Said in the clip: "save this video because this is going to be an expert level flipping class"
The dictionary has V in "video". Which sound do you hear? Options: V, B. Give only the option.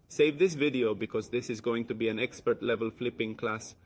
V